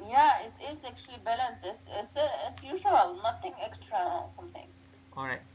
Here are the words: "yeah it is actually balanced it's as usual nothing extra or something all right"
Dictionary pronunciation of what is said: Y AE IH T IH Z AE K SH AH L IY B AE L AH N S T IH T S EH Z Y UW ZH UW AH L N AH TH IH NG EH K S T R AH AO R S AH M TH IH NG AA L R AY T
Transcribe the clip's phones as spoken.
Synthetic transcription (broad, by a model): Y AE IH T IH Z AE K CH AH L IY B AE L AH N S T IH T S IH S Y UW ZH UW AH L N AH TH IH NG EH K S T R AH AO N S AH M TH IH NG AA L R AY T